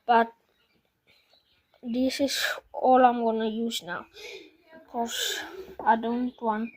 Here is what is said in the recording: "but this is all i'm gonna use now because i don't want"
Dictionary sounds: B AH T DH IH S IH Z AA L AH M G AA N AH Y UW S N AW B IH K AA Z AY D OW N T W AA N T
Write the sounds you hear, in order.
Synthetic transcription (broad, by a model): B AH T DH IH S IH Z AA L AH M G AA N AH Y UW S N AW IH K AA S AY D OW N T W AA N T